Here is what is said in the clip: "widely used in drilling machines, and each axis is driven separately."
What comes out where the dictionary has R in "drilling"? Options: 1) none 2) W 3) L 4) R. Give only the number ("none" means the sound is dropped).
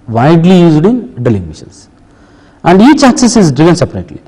1